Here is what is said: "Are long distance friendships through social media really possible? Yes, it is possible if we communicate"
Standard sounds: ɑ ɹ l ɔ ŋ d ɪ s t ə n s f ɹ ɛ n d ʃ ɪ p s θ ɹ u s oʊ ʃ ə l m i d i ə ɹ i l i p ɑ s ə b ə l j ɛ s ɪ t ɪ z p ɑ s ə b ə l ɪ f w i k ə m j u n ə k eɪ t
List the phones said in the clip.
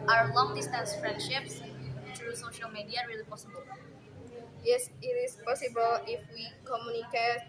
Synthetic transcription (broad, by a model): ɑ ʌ l ɔ ŋ d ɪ s t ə n s f ɹ ɛ n d ʃ ɪ p s t ɹ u s oʊ ʃ ə l m i d i ə ɹ i l i p ɑ s ə b ə l j ɛ s ɪ t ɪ s p ɑ s ə b ə l ɪ f w i k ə m j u n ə k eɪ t